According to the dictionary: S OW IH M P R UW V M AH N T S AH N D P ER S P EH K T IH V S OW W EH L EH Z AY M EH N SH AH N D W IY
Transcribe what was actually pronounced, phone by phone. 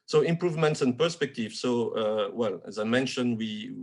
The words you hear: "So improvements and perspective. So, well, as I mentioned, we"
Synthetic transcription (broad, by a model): S OW IH M P R UW V M AH N T S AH N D P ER S P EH K T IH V S OW W EH L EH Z AY M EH N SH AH N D W IY